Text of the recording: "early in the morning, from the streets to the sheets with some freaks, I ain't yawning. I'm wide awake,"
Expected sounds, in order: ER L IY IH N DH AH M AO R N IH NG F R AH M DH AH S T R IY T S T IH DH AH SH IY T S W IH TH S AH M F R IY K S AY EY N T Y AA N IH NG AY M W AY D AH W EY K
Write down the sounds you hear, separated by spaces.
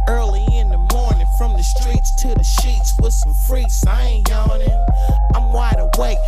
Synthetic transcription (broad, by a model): ER L IY IH N DH AH M AO R N IH NG F R AH M DH AH S T R IY T S T IH DH AH SH IY T S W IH S AH M F R IY S AY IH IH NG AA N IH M AY M W AY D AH W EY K